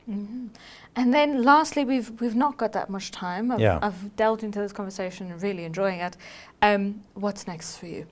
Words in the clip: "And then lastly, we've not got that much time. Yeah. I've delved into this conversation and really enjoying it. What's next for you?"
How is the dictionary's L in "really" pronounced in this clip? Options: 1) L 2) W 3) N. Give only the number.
1